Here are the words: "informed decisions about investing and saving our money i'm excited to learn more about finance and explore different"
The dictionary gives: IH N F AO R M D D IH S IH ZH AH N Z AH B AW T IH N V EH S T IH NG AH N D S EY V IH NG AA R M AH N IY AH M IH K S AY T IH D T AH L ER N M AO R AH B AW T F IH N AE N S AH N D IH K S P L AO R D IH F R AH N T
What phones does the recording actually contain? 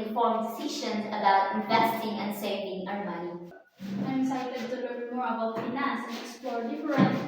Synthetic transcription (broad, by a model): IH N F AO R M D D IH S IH SH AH N S AH B AW T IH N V EH S T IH NG AH N D S EY V IH NG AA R M AH N IY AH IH S AY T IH D T AH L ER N M AO R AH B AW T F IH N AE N S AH K S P L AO R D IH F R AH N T